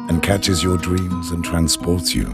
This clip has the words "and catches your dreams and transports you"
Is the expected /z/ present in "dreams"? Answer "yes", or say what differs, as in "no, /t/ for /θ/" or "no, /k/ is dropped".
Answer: yes